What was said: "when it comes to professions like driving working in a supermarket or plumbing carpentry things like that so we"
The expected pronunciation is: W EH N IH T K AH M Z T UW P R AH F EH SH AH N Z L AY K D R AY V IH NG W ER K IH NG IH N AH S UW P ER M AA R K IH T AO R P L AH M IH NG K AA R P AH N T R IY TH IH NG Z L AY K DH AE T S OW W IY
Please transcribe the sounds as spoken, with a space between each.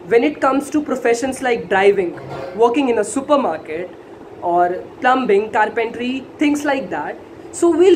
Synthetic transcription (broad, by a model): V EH N IH T K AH M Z T UW P R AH F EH SH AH N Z L AY K D R AY V IH NG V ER K IH NG IH N AH S UW P ER M AA R K IH T AO R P L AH M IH NG K AA R P AH N T R IY T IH NG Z L AY K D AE T S OW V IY